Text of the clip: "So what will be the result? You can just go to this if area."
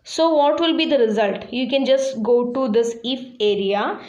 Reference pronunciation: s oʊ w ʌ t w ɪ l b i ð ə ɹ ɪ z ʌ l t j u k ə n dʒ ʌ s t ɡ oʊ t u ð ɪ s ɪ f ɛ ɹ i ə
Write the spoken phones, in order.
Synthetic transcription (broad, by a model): s oʊ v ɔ t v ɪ l b i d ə ɹ ɪ z ʌ l t j u k ə n dʒ ʌ s t ɡ oʊ t u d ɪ s ɪ f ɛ ɹ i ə